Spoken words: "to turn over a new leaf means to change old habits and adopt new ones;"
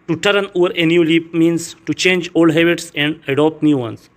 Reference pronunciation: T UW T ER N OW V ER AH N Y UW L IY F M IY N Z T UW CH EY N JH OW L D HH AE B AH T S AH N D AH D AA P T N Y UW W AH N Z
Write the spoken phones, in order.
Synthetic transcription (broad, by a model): T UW T ER N OW V ER AH N Y UW L IY P M IY N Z T UW CH EY N JH OW L D HH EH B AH T S AH N D AH D AA P T N Y UW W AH N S